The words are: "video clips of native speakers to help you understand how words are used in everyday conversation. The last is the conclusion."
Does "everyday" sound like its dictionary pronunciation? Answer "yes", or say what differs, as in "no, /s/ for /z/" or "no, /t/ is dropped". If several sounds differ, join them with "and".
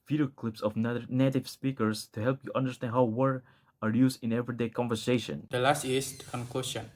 yes